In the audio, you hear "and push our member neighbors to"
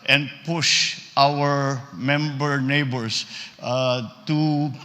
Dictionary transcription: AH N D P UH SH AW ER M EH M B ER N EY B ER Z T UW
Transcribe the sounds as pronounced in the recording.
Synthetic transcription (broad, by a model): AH N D P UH SH AW ER M EH M B ER N EY B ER S T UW